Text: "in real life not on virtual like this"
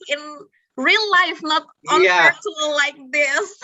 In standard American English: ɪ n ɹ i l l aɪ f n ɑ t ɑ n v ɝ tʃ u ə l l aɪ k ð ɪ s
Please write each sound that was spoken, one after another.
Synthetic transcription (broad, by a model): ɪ n ɹ i l l aɪ f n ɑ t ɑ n p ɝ s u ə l l aɪ k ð ɪ s